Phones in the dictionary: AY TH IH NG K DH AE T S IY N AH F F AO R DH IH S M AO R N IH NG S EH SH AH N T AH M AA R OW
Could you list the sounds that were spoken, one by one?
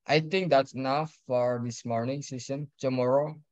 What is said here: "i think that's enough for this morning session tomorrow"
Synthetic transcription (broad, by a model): AY T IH NG K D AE T S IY N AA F F AO R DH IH S M AO R N IH NG S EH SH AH N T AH M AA R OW